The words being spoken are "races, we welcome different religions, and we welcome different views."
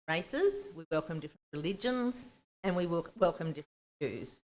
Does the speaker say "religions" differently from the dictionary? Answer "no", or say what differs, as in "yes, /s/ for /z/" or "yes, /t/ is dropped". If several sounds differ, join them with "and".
no